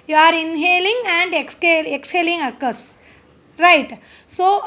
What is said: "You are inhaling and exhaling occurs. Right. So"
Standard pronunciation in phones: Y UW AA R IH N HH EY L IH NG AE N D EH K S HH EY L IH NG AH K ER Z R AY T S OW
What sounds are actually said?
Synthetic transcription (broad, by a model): Y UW AA R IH N HH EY L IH NG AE N D EH K S HH EY L IH NG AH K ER S R AY T S OW